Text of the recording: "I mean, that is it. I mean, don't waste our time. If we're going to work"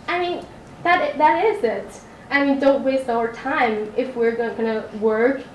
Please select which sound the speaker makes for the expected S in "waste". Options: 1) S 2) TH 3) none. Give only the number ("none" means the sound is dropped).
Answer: 1